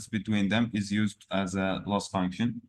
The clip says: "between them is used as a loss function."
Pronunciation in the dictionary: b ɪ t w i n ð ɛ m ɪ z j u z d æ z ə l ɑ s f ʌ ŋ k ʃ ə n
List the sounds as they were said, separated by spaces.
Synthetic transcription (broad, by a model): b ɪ t w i n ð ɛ m ɪ z j u z d æ z ə l ɑ s f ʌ ŋ k ʃ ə n